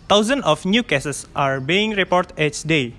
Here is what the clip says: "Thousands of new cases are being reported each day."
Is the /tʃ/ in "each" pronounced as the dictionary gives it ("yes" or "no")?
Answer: no